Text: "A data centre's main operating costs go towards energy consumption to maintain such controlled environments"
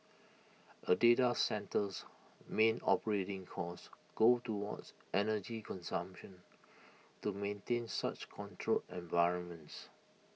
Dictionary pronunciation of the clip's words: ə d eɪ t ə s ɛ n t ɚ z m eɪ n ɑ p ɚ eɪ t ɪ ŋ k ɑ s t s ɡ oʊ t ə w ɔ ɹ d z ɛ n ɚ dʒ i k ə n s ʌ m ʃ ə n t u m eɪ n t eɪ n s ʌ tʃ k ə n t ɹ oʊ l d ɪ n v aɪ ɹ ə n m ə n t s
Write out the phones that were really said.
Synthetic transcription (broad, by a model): ə d eɪ t ə s ɛ n t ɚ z m eɪ n ɑ p ɚ eɪ t ɪ ŋ k ɑ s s ɡ oʊ t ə w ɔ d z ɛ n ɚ dʒ i k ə n s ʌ m ʃ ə n t u m eɪ n t eɪ n s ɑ tʃ k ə n t ɹ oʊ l ɪ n v aɪ ɹ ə n m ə n t s